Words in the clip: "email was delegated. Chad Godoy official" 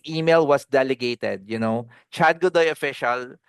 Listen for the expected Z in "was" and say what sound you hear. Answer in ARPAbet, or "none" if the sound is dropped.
S